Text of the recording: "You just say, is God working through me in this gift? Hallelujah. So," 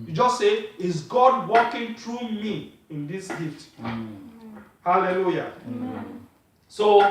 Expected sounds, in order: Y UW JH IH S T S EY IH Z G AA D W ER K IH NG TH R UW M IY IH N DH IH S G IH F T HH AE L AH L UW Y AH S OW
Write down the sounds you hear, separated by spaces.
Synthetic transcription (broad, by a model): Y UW JH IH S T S EY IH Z G AA D W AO K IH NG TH R UW M IY IH N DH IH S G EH T HH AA L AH L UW Y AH S OW